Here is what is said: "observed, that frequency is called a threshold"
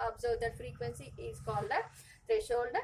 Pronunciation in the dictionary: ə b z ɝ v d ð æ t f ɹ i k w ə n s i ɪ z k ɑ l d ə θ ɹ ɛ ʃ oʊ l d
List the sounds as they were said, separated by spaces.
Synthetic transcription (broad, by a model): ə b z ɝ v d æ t f ɹ i k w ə n s i ɪ z k ɑ l d ə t ɹ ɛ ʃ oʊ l d